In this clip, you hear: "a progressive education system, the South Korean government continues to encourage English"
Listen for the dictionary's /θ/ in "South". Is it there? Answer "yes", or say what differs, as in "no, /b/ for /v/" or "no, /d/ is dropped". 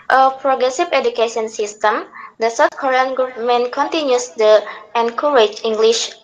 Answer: no, /t/ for /θ/